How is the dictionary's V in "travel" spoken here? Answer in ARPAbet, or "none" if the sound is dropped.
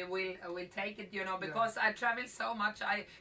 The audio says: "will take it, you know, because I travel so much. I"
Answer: V